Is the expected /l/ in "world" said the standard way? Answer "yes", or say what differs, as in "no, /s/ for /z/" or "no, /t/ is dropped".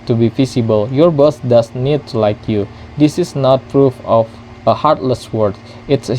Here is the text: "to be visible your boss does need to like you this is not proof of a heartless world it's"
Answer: no, /l/ is dropped